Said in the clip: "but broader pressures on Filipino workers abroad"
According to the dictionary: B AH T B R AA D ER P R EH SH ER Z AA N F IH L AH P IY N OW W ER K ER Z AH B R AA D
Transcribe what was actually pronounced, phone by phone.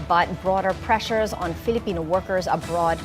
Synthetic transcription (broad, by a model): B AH T B R AA D ER P R EH SH ER Z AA N F IH L AH P IY N OW W ER K ER Z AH B R AA D